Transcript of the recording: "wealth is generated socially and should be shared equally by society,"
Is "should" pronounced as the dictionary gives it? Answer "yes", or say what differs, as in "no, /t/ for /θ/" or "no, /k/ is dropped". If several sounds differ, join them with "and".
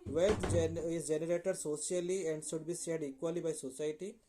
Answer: no, /s/ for /ʃ/